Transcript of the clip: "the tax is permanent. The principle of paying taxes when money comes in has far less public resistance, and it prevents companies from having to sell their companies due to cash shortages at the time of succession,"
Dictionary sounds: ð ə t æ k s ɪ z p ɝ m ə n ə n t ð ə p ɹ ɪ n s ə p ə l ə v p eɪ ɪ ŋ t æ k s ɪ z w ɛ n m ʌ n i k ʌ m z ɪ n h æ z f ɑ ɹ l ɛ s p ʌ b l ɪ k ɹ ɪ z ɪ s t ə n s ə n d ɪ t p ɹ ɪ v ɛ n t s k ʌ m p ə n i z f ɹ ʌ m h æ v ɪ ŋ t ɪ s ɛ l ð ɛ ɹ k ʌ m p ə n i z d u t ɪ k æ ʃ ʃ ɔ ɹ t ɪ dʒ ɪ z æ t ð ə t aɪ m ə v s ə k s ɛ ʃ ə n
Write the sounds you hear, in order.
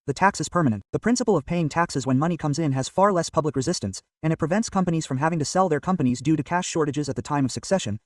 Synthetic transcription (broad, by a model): ð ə t æ k s ɪ z p ɝ m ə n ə n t ð ə p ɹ ɪ n s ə p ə l ə v p eɪ ɪ ŋ t æ k s ɪ z w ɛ n m ʌ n i k ʌ m z ɪ n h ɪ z f ɑ ɹ l ɛ s p ʌ b l ɪ k ɹ ɪ z ɪ s t ə n s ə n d ɪ t p ɹ ɪ v ɛ n t s k ʌ m p ə n i z f ɹ ʌ m h æ v ɪ ŋ t ɪ s ɛ l ð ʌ ɹ k ʌ m p ə n i z d u t ɪ k æ ʃ ʃ ɔ ɹ t ɪ dʒ ɪ z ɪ t ð ə t aɪ m ə v s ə k s ɛ ʃ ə n